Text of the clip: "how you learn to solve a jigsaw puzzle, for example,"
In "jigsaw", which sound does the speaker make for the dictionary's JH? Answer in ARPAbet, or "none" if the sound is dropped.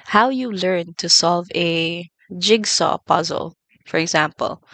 JH